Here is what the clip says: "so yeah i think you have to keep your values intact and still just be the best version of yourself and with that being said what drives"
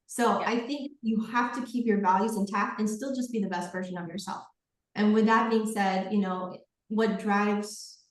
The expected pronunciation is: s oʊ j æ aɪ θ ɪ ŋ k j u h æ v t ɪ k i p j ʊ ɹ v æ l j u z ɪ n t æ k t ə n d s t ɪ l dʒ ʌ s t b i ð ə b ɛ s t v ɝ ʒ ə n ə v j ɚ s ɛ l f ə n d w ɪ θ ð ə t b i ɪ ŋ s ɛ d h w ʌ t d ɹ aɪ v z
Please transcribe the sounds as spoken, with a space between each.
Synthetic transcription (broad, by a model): s oʊ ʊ aɪ θ ɪ ŋ k j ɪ h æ f t ɪ k i p j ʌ ɹ v æ l j u z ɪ n t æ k ə n s t ɪ l dʒ ʌ s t b i ð ə b ɛ s t v ɝ ʒ ə n ə v j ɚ s ɛ l f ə n w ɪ ð ə t b i ɪ ŋ s ɛ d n w ʌ t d ɹ aɪ v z